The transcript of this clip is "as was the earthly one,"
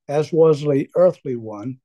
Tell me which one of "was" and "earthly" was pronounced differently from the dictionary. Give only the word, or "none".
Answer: none